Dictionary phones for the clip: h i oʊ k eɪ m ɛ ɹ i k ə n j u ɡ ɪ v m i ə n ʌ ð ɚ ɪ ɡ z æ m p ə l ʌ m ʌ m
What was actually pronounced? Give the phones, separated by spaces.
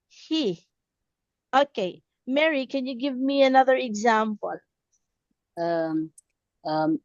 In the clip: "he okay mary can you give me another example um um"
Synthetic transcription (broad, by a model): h i oʊ k eɪ m ɛ ɹ i k ə n j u ɡ ɪ v m i ə n ʌ ð ɚ ɪ ɡ z æ m p ə l ʌ m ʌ m